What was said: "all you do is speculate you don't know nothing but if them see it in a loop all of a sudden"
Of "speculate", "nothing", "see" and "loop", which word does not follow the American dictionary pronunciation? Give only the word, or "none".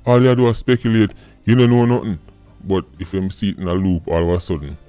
nothing